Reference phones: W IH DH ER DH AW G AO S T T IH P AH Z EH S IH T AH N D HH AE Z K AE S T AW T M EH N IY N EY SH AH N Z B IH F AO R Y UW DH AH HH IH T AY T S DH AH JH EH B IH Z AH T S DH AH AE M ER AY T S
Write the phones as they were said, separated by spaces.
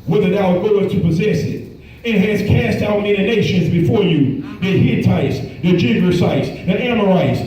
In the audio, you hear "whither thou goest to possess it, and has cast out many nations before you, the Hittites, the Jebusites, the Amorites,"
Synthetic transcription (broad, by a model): W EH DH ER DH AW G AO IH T T IH P AH Z EH S IH T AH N HH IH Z K AE S T AW T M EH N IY N EY SH AH N Z B IH F AO R Y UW DH AH HH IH T AY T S DH AH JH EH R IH S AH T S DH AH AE M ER AY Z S